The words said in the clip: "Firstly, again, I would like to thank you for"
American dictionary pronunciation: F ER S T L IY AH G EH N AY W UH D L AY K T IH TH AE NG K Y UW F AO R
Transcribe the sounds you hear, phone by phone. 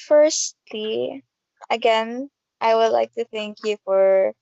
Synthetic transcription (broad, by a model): F ER S T L IY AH G EH N AY W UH D L AY K T IH TH AE NG K Y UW F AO R